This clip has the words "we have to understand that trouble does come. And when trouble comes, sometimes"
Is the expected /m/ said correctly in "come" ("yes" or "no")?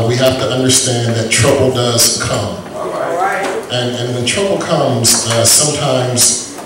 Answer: yes